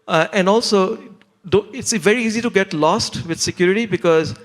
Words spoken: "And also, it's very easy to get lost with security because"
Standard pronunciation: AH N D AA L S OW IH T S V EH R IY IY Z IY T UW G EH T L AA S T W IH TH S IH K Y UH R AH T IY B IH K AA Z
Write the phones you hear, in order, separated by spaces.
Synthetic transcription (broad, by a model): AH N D AA L S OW IH T S V EH R IY IY Z IY T UW G EH T L AA S T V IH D S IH K Y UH R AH T IY B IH K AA Z